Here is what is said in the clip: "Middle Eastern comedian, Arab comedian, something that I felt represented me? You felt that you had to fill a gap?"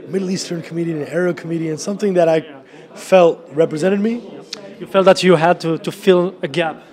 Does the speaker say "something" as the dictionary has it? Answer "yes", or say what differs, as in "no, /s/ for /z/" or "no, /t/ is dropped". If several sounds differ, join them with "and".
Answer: yes